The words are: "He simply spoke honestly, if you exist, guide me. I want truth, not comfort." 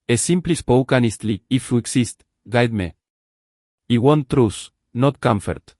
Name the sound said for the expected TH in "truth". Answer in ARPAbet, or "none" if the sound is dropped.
S